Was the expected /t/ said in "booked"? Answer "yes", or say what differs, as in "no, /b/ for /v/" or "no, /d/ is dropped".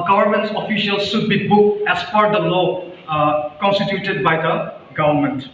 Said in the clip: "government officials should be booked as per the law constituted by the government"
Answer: no, /t/ is dropped